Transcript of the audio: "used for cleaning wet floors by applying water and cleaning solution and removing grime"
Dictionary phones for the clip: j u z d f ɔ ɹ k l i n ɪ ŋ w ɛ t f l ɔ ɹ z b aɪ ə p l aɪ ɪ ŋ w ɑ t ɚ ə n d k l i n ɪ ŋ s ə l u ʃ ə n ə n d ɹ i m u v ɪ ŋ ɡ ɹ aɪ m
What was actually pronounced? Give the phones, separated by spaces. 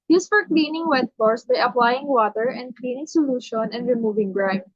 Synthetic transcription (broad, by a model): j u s f ɔ ɹ k l i n ɪ ŋ w ɛ t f ɔ ɹ s b aɪ ə p l aɪ ɪ ŋ w ɑ t ɚ ə n d k l i n ɪ ŋ s ə l u ʃ ə n ə n d ɹ i m u v ɪ ŋ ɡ ɹ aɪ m